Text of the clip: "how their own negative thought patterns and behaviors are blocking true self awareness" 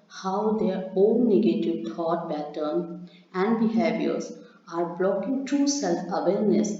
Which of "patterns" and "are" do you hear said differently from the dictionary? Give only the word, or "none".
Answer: patterns